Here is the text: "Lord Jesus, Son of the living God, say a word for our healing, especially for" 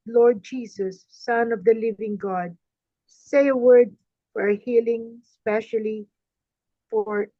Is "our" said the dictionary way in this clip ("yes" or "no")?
yes